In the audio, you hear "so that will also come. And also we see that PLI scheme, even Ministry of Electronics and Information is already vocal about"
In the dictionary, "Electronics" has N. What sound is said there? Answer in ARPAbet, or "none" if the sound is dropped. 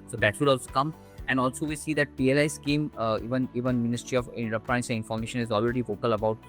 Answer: none